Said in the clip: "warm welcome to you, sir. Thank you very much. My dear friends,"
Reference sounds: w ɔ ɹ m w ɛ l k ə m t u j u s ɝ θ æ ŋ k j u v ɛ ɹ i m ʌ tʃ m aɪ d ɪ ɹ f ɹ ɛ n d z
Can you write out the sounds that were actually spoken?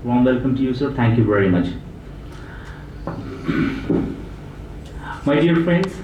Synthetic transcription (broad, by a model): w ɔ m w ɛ l k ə m t u j u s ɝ t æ ŋ k j u v ɛ ɹ i m ʌ tʃ m aɪ d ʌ ɹ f ɹ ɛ n d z